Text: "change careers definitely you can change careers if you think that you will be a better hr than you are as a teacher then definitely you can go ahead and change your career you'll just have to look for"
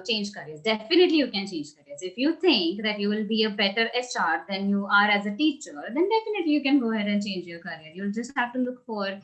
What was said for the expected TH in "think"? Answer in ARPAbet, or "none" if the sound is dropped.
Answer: T